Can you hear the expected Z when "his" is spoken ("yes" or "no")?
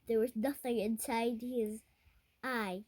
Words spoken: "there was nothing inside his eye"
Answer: yes